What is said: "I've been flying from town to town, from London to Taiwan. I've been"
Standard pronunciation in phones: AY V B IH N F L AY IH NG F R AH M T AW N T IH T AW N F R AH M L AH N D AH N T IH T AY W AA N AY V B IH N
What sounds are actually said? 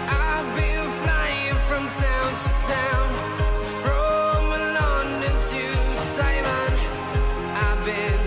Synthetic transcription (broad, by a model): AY B IH N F L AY IH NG F R AH M T AW N T IH T AW N F R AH M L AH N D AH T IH S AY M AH N AY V B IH N